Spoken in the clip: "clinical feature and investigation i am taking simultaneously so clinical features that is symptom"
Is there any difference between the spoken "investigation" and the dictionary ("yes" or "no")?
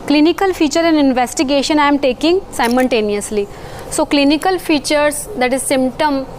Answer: no